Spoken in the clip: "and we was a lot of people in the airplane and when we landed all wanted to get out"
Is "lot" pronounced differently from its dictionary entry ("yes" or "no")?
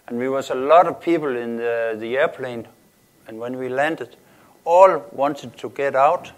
no